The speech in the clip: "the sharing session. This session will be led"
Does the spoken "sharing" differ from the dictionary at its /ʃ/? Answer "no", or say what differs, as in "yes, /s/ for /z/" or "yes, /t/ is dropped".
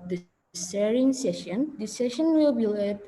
yes, /s/ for /ʃ/